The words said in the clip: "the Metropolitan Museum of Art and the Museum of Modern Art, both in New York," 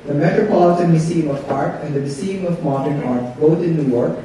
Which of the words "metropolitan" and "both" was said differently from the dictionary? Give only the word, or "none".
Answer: both